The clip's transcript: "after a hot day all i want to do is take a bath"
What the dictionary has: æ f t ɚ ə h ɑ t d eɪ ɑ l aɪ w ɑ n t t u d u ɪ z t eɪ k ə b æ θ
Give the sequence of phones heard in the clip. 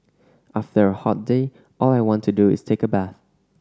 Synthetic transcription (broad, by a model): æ f t ɚ ə h ɑ t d eɪ ɑ l aɪ w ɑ n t t u d u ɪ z t eɪ k ə b æ θ